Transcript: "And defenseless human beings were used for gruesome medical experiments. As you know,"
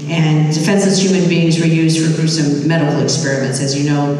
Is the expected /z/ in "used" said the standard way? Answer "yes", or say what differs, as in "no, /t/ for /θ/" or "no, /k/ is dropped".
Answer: yes